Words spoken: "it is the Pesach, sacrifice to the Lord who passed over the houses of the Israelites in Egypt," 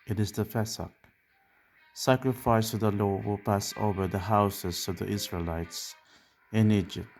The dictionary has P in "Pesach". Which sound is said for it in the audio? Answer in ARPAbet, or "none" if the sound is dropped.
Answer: F